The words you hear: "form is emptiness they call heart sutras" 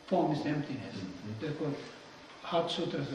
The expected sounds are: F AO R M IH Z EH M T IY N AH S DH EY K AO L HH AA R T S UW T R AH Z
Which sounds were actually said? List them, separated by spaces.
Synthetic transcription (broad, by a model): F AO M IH S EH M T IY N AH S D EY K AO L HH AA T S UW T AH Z